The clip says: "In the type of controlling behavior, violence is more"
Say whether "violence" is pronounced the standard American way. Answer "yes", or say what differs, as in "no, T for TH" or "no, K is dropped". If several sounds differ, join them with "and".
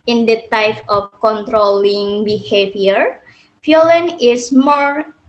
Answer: no, S is dropped